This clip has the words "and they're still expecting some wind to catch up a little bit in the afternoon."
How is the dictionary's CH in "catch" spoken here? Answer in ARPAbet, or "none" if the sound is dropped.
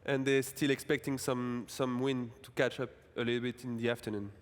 CH